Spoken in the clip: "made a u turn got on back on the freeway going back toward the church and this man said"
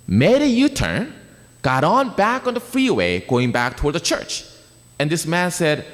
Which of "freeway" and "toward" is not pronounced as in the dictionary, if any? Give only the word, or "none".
none